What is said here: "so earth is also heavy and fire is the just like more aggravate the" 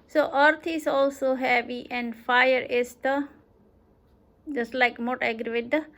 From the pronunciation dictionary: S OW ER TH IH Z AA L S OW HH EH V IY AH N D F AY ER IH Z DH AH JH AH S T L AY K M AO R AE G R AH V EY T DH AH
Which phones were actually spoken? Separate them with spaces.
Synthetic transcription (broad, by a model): S OW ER T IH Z AA L S OW HH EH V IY AH N D F AY ER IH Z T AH JH AH S T L AY K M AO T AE G R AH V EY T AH